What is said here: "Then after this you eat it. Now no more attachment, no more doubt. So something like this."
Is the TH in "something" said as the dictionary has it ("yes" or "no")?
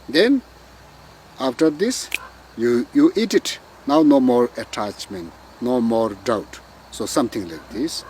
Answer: no